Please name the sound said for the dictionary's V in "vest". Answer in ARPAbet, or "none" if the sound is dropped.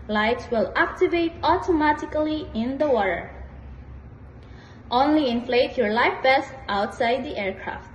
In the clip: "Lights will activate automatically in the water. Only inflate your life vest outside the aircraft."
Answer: B